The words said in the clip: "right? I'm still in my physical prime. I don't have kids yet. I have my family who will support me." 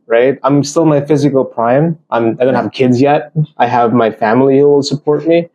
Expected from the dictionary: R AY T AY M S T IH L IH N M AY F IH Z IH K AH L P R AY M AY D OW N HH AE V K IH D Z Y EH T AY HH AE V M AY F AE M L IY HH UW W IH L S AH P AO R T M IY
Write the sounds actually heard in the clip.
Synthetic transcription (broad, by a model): R AY T AY M S T IH L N M AY F IH Z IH K L P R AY M AY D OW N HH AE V K IH D Z Y EH T AY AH V M AY F AE M L IY HH UW W IH L S AH P AO R T M IY